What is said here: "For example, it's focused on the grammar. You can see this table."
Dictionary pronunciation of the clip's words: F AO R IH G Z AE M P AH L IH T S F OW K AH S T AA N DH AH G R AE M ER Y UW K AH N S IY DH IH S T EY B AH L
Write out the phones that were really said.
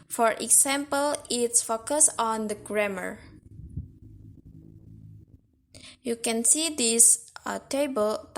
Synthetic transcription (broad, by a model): F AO R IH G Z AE M P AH L IH T S F OW K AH S AA N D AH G R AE M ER Y UW K AH N S IY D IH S T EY B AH L